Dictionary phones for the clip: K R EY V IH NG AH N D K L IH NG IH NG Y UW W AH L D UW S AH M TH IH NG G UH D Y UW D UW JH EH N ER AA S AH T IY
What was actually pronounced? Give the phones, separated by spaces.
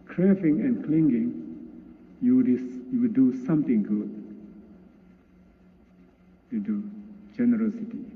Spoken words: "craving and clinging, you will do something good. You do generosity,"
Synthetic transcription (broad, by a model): K R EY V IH NG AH N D K L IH NG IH NG Y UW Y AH W D UW S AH M T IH NG G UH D Y UW D UW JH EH N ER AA S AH T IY